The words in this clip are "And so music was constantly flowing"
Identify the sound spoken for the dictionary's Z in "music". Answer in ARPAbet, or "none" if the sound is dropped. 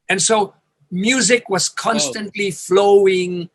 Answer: Z